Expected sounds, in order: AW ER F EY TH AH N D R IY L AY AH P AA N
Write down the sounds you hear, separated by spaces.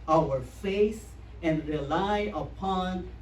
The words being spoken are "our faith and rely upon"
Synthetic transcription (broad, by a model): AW ER F EY S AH N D R IY L AY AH P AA N